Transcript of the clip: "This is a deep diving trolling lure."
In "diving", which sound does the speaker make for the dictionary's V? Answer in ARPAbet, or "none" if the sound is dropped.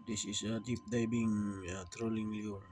B